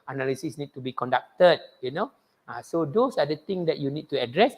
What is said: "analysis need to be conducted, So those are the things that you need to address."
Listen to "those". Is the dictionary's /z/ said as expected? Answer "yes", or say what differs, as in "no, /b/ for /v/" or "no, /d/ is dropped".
no, /s/ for /z/